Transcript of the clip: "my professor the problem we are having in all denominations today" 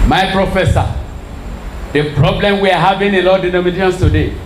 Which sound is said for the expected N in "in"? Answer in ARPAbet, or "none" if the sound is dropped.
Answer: L